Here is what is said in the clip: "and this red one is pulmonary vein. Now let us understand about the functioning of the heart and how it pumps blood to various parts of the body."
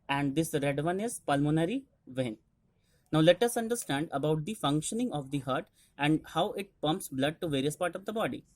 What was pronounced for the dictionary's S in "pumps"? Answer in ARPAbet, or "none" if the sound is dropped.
S